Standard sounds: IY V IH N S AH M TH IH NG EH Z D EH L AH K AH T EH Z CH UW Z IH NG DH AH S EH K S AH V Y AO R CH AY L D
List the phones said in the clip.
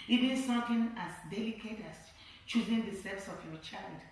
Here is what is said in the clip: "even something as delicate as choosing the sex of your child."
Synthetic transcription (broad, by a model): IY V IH N S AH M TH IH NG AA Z D EH L AH K AH T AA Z CH UW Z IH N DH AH S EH S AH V Y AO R CH AY L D